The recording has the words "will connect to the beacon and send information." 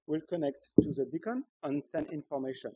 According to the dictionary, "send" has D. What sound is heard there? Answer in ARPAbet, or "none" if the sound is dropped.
none